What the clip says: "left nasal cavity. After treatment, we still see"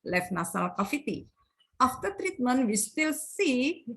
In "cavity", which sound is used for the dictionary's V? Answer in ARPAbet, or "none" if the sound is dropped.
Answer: F